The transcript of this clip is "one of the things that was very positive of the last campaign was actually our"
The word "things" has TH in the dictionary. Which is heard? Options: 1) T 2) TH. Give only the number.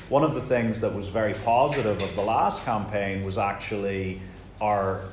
2